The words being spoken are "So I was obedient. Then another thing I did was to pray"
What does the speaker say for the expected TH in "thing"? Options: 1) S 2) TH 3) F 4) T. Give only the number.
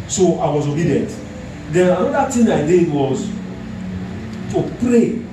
4